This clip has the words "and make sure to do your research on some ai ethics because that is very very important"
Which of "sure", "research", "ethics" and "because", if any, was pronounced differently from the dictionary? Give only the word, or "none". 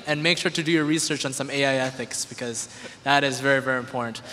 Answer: none